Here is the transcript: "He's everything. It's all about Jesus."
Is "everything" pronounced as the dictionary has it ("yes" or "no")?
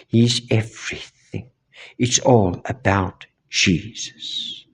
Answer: yes